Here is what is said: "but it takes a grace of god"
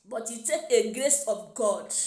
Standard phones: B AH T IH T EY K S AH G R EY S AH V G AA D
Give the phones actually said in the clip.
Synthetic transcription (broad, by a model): B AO T IH T EY K AH G R EY S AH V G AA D